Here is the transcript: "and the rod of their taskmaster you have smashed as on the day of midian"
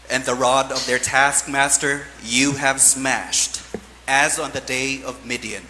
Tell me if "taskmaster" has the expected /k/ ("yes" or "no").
yes